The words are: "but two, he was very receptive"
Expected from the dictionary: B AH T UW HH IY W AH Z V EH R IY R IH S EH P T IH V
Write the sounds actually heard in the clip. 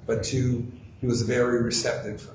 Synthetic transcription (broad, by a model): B AH T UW HH IY W AH Z V EH R IY R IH S EH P T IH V